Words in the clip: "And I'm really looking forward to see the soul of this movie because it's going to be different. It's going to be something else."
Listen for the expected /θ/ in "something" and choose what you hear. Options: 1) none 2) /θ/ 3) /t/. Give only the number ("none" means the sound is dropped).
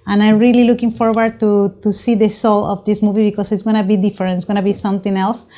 3